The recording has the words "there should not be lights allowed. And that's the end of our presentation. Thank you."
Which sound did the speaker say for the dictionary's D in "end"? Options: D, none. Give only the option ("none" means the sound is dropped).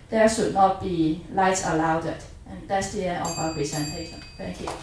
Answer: none